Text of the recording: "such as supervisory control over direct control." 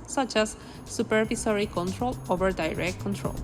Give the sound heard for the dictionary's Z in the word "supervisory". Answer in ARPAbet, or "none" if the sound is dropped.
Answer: S